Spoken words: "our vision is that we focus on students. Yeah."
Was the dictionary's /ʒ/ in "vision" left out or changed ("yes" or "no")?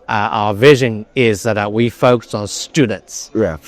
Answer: no